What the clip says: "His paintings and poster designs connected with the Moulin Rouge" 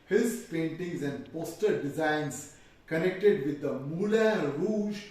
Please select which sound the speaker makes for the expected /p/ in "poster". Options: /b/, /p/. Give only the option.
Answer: /p/